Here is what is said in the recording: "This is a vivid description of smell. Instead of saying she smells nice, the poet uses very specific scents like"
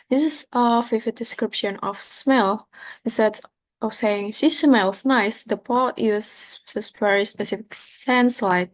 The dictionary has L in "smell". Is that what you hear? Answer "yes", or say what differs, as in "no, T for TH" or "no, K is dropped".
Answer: yes